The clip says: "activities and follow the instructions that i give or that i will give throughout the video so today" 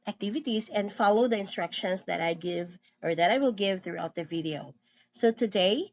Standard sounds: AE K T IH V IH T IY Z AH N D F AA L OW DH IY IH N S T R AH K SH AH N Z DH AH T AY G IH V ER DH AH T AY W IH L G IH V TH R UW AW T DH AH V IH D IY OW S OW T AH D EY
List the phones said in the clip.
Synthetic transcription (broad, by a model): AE K T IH V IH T IY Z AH N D F AA L OW DH IY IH N S T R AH K SH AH N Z DH AH T AY G IH V ER DH AH T AY W IH L G IH V TH R UW AW T DH AH V IH D IY OW S OW T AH D EY